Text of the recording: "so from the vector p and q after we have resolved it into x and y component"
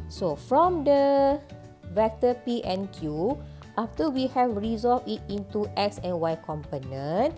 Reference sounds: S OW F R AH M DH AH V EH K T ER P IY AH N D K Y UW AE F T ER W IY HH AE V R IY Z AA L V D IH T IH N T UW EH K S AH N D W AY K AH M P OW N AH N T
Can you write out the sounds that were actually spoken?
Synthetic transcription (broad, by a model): S OW F R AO M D AH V EH K T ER P IY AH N K Y UW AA F T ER W IY HH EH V R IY Z AA L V IH T IH N T UW EH K S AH N W AY K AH M P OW N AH N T